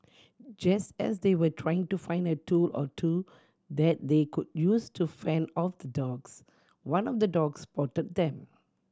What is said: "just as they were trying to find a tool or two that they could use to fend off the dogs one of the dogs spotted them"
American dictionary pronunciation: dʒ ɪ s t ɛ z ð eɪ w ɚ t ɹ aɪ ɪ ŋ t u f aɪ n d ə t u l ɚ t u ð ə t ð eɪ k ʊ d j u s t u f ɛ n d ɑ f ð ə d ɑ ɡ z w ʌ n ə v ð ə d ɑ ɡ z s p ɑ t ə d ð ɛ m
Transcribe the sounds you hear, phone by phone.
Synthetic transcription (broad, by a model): dʒ ɪ s t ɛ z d eɪ w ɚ t ɹ aɪ ɪ ŋ t u f aɪ n d ə t u l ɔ t u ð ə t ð eɪ k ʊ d j u s t u f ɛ n ɑ f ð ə d ɑ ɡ s w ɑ n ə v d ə d ɑ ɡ s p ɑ t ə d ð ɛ m